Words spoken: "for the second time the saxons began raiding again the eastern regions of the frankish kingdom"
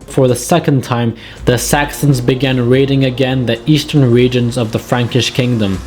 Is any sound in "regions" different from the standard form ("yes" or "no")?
no